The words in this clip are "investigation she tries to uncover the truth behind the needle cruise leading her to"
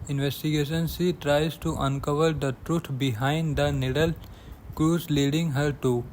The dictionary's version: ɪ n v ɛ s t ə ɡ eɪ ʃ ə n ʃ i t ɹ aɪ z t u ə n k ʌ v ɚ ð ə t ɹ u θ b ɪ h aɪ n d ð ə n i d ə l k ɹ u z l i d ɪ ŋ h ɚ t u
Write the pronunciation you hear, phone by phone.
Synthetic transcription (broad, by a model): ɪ n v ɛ s t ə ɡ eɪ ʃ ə n s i t ɹ aɪ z t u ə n k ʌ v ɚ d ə t ɹ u t b ɪ h aɪ n d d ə n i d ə l k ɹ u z l i d ɪ ŋ h ɚ t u